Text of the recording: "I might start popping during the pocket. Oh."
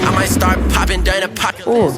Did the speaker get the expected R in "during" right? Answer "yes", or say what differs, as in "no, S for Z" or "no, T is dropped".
no, R is dropped